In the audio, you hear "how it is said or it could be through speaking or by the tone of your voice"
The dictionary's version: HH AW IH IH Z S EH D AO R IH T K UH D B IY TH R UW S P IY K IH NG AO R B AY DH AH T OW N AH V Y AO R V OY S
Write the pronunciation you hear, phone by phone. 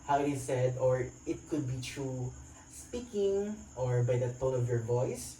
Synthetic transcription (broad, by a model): HH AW IH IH S EH D AO R IH T K UH D B IY T R UW S P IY K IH NG AO R B AY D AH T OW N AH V Y AO R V OY S